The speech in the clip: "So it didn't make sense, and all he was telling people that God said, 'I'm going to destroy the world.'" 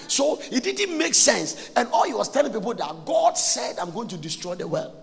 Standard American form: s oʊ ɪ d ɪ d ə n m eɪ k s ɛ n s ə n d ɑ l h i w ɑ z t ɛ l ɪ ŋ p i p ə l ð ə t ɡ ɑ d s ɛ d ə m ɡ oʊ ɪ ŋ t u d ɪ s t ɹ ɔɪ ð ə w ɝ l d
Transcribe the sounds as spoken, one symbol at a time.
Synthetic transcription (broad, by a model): s oʊ ɪ d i d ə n m eɪ k s ɛ n s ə n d ɑ l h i w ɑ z t ɛ l ɪ ŋ p i p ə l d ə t ɡ ɑ d s ɛ d ə m ɡ oʊ ɪ ŋ t u d ɪ s t ɹ ɔɪ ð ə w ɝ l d